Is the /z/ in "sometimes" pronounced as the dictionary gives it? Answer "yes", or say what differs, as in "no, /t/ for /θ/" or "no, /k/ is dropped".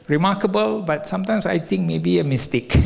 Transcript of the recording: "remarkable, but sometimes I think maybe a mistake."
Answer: no, /s/ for /z/